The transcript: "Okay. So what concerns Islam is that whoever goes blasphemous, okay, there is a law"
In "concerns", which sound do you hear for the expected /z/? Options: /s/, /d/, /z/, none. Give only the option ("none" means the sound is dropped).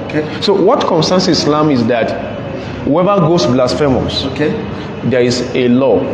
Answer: /s/